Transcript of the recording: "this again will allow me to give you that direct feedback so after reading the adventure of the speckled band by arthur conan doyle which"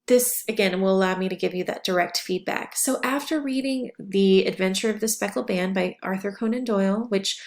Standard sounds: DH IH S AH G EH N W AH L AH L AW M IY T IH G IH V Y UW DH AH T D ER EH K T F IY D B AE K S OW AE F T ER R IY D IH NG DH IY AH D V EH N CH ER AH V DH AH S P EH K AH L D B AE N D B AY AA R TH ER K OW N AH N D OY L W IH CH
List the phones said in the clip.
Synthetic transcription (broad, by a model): DH IH S AH G EH N W AH L AH L AW M IY T IH G IH V Y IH DH AH T D ER EH K T F IY D B AE K S OW AE F T ER R IY D IH NG DH IY AH D V EH N CH ER AH V DH AH S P EH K L B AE N B AY AA R TH ER K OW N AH N D OY L W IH CH